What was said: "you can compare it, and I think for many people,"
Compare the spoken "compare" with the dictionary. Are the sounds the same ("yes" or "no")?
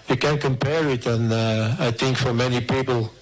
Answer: yes